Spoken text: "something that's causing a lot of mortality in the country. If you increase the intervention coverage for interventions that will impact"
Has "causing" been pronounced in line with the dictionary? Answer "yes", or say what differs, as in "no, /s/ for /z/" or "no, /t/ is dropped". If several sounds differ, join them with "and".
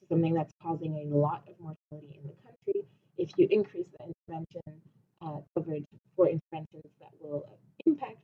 yes